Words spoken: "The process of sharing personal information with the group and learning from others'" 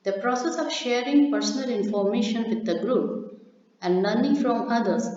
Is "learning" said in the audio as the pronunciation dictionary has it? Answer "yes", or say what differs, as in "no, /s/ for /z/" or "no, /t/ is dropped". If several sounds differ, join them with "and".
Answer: no, /n/ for /l/